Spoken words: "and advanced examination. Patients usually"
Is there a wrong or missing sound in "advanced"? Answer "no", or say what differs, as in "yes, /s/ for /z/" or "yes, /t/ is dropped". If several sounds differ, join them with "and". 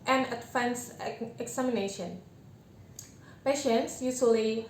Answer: yes, /f/ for /v/